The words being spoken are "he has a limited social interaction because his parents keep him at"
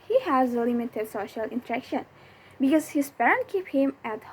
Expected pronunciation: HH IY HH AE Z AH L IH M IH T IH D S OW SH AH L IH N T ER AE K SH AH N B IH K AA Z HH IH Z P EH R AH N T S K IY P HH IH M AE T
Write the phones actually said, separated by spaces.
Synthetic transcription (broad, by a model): HH IY HH AE Z AH L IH M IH T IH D S OW SH AH L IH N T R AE K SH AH N B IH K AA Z HH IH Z P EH R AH N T K IY P HH IH M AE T